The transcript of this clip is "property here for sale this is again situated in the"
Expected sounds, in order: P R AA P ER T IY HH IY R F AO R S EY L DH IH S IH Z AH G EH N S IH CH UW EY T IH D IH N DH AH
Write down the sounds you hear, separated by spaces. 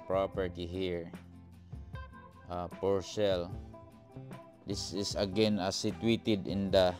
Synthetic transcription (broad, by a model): P R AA P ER T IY HH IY R P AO R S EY L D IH S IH S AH G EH N S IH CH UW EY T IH D IH N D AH